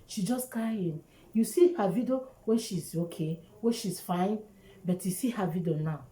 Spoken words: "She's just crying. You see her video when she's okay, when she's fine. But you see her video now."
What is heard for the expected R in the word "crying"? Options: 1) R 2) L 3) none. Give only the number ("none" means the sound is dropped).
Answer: 3